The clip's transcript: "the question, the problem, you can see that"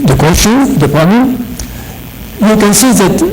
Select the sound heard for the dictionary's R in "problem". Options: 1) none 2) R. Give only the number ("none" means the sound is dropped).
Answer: 1